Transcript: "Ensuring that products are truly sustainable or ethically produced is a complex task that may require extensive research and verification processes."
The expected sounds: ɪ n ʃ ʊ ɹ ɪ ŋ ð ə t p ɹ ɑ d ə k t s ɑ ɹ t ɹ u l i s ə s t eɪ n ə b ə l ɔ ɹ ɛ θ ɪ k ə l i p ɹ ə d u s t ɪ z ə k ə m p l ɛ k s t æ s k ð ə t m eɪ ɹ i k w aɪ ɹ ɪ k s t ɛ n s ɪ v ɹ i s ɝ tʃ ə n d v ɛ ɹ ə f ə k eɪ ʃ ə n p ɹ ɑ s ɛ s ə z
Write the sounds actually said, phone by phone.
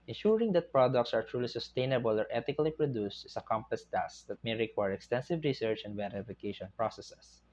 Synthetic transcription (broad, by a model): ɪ n ʃ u ɹ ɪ ŋ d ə t p ɹ ɑ d ə k t s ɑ ɹ t ɹ u l i s ə s t eɪ n ə b ə l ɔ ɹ ɛ t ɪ k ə l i p ɹ ə d u s t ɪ s ə k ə m p ʌ s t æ s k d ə t m eɪ ɹ i k w aɪ ɹ ɪ k s t ɛ n s ɪ v ɹ i s ɝ tʃ ə n d v ɛ ɹ ə f ə k eɪ ʃ ə n p ɹ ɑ s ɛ s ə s